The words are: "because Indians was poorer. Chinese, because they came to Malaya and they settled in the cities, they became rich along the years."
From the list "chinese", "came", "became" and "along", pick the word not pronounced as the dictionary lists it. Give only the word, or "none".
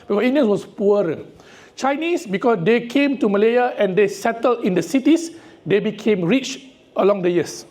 chinese